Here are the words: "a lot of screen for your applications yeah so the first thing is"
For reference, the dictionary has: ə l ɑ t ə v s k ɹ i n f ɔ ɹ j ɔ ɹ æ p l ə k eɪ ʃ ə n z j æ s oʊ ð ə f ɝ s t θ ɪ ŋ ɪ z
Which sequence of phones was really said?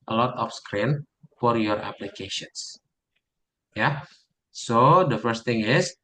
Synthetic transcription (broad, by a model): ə l ɑ t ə f s k ɹ i n f ɔ ɹ j ɔ ɹ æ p l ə k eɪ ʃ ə n s j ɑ s oʊ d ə f ɝ s t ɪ ŋ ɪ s